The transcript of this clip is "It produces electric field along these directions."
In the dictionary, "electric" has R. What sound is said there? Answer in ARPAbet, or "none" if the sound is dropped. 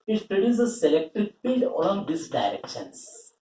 none